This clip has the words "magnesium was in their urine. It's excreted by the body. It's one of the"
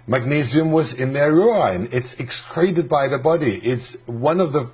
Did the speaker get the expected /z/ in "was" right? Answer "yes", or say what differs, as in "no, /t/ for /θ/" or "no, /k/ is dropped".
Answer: yes